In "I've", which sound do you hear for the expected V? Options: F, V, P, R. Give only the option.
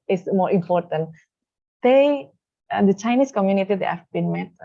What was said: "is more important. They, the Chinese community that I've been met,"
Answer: F